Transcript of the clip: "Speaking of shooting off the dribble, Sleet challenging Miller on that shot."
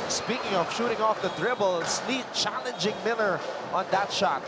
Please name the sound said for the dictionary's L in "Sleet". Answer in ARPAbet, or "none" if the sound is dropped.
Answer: N